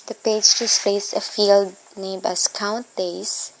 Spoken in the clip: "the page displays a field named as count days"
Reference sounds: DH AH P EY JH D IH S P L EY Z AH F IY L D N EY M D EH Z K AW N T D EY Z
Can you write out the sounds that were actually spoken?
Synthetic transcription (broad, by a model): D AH P EY JH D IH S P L EY S AH F IY L D N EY M AA S K AW N T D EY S